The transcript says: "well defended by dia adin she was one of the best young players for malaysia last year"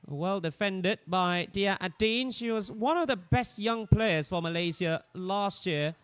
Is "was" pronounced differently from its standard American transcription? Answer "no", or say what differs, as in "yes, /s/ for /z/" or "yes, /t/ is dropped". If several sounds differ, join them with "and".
no